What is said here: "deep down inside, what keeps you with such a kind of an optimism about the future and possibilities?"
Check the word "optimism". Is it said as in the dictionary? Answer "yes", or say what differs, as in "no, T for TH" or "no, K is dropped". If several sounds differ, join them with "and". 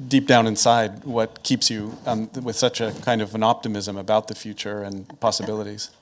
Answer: yes